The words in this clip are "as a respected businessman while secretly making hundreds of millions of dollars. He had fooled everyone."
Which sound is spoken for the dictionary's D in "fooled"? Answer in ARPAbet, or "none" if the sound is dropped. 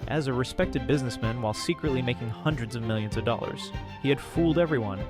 D